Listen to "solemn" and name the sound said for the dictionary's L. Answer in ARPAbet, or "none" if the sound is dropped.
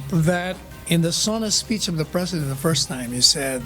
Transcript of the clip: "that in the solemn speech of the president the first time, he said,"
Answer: N